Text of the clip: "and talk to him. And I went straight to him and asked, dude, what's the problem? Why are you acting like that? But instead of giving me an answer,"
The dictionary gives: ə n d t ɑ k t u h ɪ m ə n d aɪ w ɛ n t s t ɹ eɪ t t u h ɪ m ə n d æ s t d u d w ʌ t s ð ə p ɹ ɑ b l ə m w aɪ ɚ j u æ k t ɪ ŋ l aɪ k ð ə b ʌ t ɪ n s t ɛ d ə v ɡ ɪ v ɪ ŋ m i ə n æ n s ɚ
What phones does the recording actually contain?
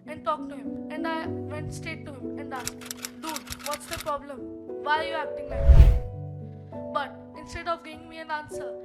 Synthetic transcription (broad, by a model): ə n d t ɑ k t u h ɪ m ə n d aɪ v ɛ n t s t eɪ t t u h ɪ m ə n d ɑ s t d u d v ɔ t s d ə p ɹ ɑ b l ə m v aɪ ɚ j u æ k t ɪ ŋ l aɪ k b ʌ t ɪ n s t ɛ d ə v ɡ ɪ v ɪ ŋ m i ə n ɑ n s ɚ